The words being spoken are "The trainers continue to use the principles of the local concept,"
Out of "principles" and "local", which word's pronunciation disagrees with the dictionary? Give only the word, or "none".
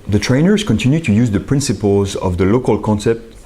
none